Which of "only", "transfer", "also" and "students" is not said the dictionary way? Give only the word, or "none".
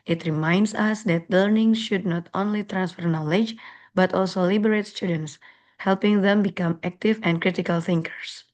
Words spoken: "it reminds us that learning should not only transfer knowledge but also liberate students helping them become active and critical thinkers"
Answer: none